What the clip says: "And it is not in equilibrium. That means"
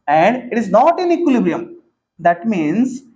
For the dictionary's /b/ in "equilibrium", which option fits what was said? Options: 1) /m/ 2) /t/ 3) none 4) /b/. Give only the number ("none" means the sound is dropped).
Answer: 4